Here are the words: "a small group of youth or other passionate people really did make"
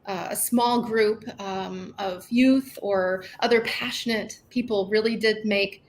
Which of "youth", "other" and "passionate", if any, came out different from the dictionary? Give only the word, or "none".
none